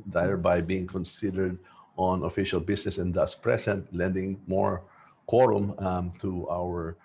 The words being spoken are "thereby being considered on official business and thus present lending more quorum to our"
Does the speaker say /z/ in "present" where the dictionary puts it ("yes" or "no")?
no